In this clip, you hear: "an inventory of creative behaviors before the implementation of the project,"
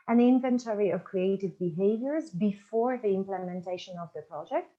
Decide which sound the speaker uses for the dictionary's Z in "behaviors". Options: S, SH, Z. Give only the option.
Z